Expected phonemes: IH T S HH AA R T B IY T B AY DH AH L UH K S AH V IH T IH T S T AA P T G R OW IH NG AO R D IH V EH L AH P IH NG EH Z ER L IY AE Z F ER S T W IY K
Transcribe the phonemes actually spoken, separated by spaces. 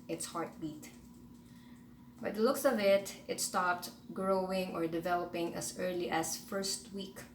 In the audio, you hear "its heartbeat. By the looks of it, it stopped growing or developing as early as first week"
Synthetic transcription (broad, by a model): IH T S HH AA R T B IY T B AY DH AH L UH K S AH V IH T IH T S T AA P T G R OW IH NG AO R D IH V EH L AH P IH NG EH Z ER L IY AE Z F ER S T W IY K